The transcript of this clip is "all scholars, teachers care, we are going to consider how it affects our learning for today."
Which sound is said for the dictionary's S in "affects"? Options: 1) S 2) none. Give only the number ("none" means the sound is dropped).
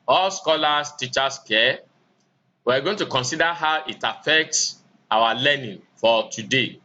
1